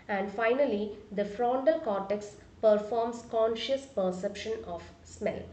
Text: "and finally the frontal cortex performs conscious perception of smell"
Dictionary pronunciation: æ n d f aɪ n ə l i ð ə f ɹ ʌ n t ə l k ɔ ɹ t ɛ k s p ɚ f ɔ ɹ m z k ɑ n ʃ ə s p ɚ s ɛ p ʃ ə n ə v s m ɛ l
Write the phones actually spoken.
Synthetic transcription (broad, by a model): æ n d f aɪ n ə l i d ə f ɹ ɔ n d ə l k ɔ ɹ t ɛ k s p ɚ f ɔ ɹ m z k ɑ n ʃ ə s p ɚ s ɛ p ʃ ə n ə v s m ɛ l